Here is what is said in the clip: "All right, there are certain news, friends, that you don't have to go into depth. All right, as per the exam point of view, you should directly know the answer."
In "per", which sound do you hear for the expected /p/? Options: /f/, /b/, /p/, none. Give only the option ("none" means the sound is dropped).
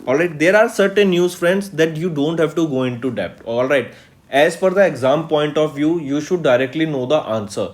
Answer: /f/